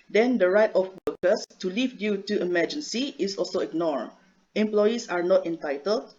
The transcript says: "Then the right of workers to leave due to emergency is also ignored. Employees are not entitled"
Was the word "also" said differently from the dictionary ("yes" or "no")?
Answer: no